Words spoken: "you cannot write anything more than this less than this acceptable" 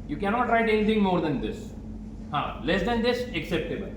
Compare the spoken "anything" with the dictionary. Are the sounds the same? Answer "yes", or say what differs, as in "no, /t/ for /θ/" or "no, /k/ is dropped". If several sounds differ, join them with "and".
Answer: no, /t/ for /θ/